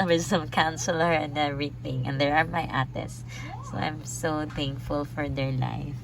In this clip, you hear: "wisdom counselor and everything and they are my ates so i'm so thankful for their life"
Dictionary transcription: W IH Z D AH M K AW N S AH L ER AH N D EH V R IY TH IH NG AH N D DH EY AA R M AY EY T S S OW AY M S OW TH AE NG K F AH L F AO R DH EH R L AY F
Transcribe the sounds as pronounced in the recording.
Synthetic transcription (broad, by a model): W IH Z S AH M K AW N S AH L ER AH N D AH R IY T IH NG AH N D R AA R M AY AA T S S OW AY M S OW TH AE NG K F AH L F AO R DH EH R L AY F